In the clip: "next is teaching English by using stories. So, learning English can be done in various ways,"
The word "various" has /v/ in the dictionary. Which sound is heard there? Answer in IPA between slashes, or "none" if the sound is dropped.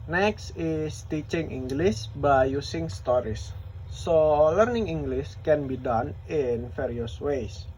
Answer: /f/